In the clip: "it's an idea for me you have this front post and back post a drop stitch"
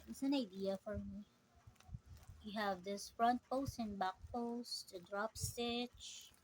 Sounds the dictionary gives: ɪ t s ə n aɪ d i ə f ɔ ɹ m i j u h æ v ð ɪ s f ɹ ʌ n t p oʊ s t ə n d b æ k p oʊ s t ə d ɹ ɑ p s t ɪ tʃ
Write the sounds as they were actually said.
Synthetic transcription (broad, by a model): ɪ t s ə n aɪ d i ə f ɔ ɹ m i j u h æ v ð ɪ s f ɹ ʌ n t p oʊ s t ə n b æ k p oʊ s t ə d ɹ ɑ p s t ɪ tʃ